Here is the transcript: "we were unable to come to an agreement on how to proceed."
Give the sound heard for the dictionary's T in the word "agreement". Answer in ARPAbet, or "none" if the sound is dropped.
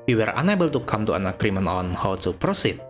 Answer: none